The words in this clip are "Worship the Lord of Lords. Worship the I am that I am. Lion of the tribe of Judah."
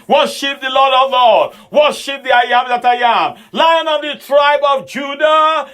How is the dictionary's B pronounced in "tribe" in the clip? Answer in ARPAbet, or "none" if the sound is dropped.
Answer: B